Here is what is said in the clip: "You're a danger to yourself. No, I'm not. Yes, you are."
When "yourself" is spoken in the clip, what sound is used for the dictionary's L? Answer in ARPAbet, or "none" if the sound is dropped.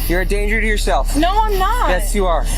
L